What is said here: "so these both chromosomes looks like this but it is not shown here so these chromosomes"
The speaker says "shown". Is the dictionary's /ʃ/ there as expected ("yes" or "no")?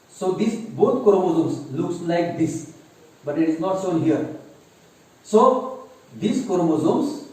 no